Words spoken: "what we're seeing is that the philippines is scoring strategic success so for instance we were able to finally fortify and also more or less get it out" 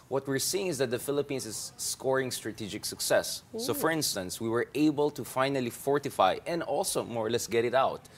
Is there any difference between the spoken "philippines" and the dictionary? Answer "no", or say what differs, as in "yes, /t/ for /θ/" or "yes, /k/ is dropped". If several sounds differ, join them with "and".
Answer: yes, /s/ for /z/